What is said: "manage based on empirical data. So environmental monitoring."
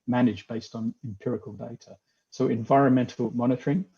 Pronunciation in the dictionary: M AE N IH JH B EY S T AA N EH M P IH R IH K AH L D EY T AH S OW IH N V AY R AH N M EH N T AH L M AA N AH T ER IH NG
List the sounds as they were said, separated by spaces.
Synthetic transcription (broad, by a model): M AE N IH JH B EY S T N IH M P IH R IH K AH L D EY T AH S OW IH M V AY R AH N M EH N T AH L M AA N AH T ER IH NG